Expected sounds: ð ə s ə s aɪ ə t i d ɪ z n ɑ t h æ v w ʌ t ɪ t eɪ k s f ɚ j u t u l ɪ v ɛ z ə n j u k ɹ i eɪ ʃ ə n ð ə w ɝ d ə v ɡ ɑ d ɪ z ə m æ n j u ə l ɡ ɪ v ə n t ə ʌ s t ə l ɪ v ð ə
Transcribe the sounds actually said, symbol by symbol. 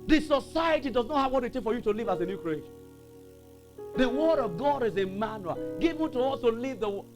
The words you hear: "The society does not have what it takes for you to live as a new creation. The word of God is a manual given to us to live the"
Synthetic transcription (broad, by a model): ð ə s ə s aɪ ə t i d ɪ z n ɑ t h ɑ v w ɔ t ɪ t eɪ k f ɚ j u t u l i v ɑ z ə n j u k ɹ i eɪ ʃ ə n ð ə w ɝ d ə v ɡ ɑ d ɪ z ə m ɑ n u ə ɡ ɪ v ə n t ə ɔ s t ə l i v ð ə